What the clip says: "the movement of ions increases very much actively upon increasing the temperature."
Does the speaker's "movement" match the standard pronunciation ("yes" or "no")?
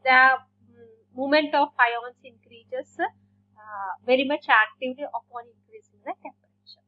no